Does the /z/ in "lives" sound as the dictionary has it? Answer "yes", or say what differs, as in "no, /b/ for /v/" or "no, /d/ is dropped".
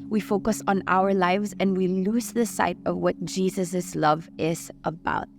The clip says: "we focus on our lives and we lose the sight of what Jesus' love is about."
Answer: yes